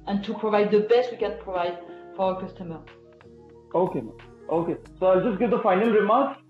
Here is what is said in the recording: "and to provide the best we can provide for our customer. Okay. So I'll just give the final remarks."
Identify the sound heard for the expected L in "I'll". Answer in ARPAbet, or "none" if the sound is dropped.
L